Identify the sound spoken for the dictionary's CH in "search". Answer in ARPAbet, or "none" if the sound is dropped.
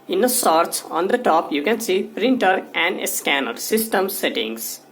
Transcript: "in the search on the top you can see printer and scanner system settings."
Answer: S